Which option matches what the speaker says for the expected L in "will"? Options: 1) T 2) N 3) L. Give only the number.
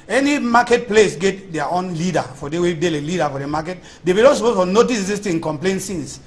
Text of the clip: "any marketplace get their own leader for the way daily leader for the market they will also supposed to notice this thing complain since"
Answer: 2